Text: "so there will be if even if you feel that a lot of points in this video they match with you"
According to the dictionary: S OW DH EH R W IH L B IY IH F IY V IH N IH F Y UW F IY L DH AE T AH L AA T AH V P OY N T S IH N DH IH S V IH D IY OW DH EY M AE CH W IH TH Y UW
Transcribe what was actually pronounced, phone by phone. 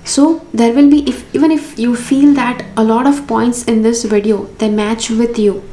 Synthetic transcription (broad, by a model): S OW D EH R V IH L B IY IH F IY V IH N IH F Y UW F IY L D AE T AH L AA T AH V P OY N T S IH N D IH S V IH D IY OW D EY M AE CH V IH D Y UW